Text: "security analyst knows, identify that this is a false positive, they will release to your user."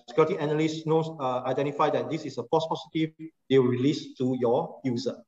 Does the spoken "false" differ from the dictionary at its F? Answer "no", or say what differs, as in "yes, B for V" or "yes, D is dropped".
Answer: yes, P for F